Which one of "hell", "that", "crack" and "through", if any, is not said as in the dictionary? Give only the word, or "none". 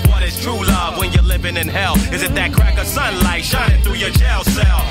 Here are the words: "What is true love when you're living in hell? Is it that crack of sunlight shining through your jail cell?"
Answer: none